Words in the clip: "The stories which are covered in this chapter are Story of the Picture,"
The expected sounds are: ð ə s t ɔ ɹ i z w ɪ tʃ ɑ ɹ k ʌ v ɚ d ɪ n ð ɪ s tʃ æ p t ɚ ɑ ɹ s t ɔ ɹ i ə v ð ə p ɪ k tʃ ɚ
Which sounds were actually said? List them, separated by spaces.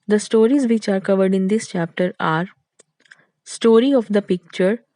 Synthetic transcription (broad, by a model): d ə s t ɔ ɹ i z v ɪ tʃ ɑ ɹ k ʌ v ɚ d ɪ n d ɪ s tʃ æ p t ɚ ɑ ɹ s t ɔ ɹ i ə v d ə p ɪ k tʃ ɚ